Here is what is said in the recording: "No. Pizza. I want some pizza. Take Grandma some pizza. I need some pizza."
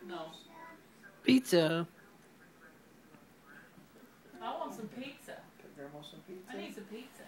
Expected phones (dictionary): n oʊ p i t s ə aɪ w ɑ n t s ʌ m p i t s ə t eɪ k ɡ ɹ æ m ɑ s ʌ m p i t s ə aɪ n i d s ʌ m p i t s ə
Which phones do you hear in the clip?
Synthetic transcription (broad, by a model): n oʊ p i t ə aɪ w ɑ n t s ʌ m p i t ə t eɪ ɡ ʌ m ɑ s ʌ m p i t ə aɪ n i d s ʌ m p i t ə